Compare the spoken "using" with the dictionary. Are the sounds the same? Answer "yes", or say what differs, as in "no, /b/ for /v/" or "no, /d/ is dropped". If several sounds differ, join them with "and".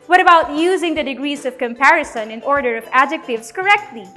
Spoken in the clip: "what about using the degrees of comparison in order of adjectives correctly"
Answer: yes